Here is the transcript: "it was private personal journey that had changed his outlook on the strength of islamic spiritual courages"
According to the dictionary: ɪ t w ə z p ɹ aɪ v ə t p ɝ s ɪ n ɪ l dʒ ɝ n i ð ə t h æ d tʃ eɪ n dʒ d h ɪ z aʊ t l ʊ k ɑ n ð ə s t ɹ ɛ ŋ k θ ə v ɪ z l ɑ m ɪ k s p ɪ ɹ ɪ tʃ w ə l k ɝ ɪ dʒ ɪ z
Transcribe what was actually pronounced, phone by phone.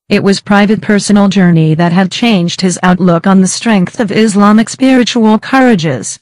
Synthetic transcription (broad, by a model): ɪ t w ə z p ɹ aɪ v ə t p ɝ s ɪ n l dʒ ɝ n i ð ə t h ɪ d tʃ eɪ n dʒ d h ɪ z aʊ t l ʊ k n ð ə s t ɹ ɛ ŋ k θ ə v ɪ z l ɑ m ɪ k s p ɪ ɹ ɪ tʃ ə l k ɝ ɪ dʒ ɪ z